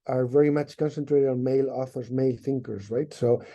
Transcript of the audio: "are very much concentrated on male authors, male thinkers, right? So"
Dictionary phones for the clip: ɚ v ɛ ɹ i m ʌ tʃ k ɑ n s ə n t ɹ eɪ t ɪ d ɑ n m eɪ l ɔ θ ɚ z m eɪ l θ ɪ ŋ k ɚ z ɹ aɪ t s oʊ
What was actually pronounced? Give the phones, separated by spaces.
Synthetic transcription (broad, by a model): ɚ v ɛ ɹ i m ʌ tʃ k ɑ n s ə n t ɹ eɪ t ɪ d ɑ n m eɪ l ɔ θ ɚ z m eɪ l θ ɪ ŋ k ɚ z ɹ aɪ t s oʊ